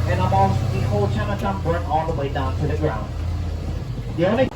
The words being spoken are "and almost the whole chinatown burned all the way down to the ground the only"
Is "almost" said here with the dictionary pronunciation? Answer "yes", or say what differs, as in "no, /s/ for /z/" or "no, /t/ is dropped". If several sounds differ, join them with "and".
no, /l/ is dropped